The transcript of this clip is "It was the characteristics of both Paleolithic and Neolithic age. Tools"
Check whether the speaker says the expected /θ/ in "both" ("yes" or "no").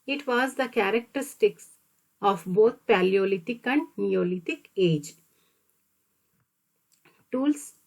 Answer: no